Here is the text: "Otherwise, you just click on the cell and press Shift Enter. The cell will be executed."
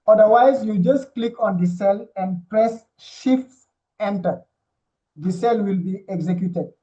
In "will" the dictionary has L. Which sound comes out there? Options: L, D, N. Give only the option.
L